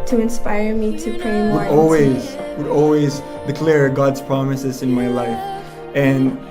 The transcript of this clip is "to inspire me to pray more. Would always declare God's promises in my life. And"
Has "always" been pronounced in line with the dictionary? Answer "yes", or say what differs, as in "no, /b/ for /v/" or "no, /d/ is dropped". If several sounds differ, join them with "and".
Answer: yes